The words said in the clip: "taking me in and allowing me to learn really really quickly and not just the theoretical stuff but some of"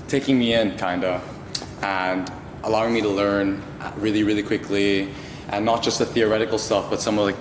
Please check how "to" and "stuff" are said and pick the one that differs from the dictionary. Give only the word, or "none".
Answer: none